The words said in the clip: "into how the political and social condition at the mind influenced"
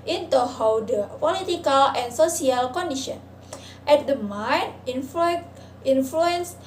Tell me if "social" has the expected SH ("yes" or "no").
no